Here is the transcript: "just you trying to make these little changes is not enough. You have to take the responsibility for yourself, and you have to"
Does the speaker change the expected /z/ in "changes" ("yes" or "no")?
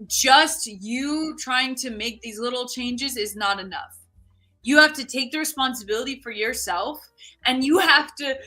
no